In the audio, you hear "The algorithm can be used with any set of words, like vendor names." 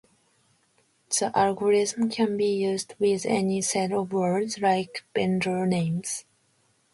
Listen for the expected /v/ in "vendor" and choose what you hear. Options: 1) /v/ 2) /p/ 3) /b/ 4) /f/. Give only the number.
3